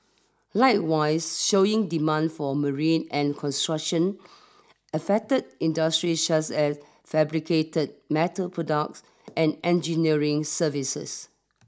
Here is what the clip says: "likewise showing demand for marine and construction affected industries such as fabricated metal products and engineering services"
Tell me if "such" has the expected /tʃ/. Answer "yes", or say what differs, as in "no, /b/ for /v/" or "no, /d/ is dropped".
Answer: no, /s/ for /tʃ/